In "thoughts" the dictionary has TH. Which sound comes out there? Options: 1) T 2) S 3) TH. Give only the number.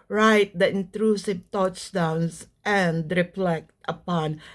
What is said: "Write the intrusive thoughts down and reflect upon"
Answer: 1